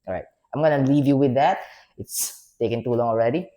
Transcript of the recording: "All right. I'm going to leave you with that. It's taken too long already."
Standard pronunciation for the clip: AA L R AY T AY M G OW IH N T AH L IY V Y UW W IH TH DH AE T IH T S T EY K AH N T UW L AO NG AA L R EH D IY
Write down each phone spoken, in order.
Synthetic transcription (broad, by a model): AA R AY T AY M G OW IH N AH L IY V Y UW W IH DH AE T IH T S T EY K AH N T UW L AO NG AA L R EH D IY